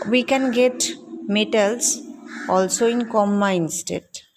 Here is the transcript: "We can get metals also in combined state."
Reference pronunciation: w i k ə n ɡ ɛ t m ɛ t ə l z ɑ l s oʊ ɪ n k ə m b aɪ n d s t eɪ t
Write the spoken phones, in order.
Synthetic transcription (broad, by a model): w i k ə n ɡ ɛ t m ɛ t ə l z ɑ l s oʊ ɪ n k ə m aɪ n s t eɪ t